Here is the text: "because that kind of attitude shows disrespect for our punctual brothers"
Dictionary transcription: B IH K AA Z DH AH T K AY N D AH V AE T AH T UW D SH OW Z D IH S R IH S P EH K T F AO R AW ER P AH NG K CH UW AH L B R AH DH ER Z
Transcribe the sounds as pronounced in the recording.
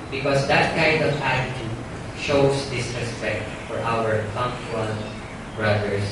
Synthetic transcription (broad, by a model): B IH K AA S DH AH T K AY N D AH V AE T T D SH OW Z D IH S IH S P EH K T F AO R AW ER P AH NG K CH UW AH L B R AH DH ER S